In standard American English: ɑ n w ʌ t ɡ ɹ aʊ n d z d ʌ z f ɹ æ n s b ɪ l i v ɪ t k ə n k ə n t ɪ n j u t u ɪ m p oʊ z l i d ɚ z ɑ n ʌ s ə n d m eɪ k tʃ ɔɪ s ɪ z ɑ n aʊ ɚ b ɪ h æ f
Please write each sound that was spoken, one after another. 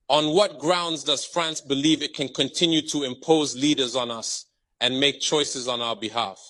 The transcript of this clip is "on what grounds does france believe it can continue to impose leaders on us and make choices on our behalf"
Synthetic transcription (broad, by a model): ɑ n w ʌ t ɡ ɹ aʊ n d z d ʌ z f ɹ æ n s b ɪ l i v ɪ t k ə n k ə n t ɪ n j u t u ɪ m p oʊ z l i d ɚ z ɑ n ʌ s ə n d m eɪ k tʃ ɔɪ s ɪ z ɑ n aʊ ɚ b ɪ h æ f